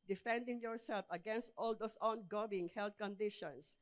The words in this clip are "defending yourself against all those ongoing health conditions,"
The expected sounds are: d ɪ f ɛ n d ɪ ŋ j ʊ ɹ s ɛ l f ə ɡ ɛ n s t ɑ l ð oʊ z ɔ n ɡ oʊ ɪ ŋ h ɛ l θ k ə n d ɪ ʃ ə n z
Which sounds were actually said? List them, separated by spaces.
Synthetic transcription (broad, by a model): d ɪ f ɛ n d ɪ ŋ j ʊ ɹ s ɛ l f ə ɡ ɛ n s t ɑ l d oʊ s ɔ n ɡ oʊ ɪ ŋ h ɛ l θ k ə n d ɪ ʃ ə n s